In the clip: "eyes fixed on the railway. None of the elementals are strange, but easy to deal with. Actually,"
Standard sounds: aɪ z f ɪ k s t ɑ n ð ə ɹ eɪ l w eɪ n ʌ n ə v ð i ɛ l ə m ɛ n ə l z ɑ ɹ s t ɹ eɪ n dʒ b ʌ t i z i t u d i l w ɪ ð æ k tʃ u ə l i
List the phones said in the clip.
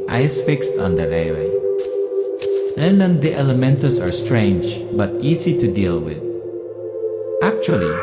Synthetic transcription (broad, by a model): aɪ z f ɪ k s t ɑ n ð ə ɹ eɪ w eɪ l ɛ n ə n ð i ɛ l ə m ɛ n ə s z ɑ ɹ s t ɹ eɪ n dʒ b ʌ t i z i t u d i l w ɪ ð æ k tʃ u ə l i